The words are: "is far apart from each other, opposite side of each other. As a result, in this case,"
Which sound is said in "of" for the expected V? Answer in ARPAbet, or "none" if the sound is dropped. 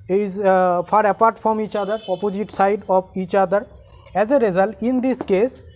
B